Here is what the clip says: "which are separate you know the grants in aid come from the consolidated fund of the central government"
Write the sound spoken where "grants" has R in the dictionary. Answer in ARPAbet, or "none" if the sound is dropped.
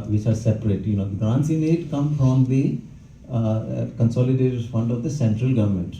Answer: none